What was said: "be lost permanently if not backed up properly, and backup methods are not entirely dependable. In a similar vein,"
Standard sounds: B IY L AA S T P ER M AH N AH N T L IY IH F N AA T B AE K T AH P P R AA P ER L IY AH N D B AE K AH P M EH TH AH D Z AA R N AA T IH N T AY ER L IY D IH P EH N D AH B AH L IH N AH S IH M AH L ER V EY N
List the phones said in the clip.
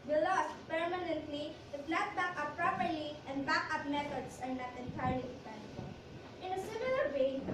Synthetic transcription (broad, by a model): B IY L AA S T P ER M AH N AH N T L IY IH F L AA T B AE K AH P P R AA P ER L IY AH N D B AE K AH P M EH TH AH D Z AA R N AA T IH N T AY ER L IY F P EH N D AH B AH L IH N AH S IH M AH L ER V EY